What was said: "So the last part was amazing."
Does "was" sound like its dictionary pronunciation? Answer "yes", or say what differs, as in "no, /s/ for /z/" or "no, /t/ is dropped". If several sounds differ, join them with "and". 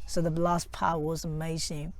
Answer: yes